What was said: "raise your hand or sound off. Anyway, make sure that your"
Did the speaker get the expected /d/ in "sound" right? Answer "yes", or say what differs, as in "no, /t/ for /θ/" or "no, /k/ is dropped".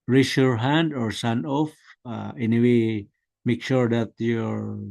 no, /d/ is dropped